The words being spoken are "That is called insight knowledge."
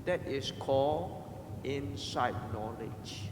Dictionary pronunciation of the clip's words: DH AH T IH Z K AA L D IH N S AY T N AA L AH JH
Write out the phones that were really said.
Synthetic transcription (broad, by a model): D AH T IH S K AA L IH N S AY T N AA L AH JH